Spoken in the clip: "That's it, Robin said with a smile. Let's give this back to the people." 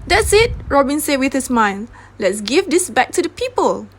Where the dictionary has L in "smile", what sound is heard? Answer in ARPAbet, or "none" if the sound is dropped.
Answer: N